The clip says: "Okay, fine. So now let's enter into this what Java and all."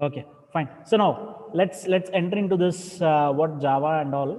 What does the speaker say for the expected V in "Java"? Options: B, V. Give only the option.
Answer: V